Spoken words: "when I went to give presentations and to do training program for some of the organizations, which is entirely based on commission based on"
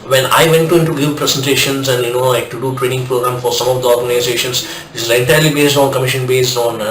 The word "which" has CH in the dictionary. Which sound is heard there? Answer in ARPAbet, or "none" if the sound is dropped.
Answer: S